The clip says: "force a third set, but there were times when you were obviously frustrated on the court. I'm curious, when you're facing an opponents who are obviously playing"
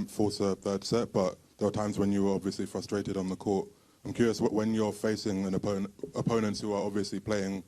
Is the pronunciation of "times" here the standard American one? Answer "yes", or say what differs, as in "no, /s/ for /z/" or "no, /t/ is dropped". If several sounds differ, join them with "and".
yes